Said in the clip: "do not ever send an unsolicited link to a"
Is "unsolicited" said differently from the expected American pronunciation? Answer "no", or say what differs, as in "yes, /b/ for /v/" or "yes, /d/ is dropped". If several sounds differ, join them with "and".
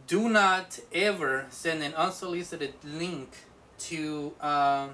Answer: no